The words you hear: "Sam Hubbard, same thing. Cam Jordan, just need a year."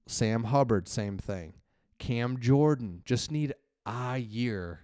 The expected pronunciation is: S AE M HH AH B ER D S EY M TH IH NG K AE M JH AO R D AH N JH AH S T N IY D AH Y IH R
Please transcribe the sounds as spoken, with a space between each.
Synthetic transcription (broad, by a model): S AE M HH AH B ER D S EY M TH IH NG K AE M JH AO R D N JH AH S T N IY D AH Y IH R